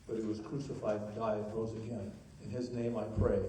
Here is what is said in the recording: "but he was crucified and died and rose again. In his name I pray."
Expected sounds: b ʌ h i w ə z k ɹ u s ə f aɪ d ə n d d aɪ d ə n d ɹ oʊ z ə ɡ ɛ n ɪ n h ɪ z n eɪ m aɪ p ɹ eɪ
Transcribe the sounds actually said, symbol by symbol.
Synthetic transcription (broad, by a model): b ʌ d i w ə z k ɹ u s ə f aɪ ə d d aɪ ə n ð oʊ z ə ɡ ɛ n ɪ n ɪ z n eɪ m aɪ p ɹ eɪ